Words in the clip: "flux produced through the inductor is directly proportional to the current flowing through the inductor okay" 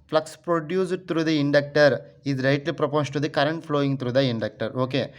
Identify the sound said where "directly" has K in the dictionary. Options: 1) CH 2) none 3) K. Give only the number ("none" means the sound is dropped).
2